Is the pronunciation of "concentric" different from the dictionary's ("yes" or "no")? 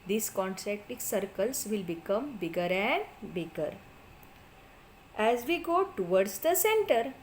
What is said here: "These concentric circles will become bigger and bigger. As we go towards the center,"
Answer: yes